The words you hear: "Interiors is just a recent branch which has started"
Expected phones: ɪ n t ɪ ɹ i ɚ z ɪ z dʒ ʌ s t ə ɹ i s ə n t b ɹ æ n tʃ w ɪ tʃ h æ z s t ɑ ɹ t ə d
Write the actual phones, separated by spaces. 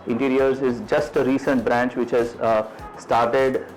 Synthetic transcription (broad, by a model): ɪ n t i ɹ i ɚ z ɪ z dʒ ʌ s t ə ɹ i s ə n t b ɹ æ n tʃ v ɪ tʃ h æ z s t ɑ ɹ t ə d